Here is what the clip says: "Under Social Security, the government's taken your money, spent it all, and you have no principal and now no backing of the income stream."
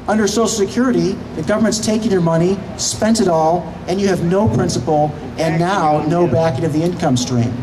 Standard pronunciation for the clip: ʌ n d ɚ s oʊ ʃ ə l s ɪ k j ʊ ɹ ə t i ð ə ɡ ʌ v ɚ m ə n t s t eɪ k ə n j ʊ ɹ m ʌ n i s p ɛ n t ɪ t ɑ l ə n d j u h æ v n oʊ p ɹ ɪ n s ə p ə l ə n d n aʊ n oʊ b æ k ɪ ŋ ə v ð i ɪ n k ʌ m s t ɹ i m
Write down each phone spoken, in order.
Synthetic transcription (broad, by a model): ʌ n d ɚ s oʊ ʃ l s ɪ k j ʊ ɹ ə t i ð ə ɡ ʌ v ɚ m ə n t s t eɪ k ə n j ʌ ɹ m ʌ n i s p ɛ n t ɪ t ɑ l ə n j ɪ v n oʊ p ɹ ɪ n s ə p l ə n n aʊ n oʊ b æ k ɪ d ə v ð i ɪ n k ʌ m s t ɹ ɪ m